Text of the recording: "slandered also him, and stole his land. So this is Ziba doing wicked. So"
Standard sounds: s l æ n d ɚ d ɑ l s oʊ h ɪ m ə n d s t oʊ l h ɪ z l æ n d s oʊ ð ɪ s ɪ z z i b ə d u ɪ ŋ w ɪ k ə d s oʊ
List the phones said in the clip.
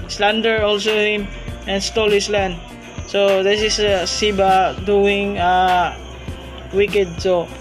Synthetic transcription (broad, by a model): s l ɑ n d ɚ ɑ l s oʊ h ɪ m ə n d s t oʊ l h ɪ s l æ n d s oʊ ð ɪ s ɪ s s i b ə d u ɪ ŋ w ɪ k ə d s oʊ